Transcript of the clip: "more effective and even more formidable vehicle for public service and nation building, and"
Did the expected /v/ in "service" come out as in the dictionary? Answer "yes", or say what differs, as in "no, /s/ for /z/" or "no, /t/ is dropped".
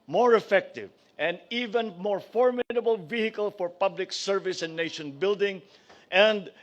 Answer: yes